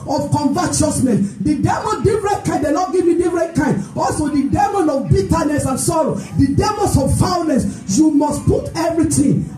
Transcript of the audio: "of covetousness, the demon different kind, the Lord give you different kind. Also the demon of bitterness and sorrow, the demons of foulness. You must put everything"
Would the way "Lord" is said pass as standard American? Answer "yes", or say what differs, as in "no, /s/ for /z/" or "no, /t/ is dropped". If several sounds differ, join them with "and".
no, /n/ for /l/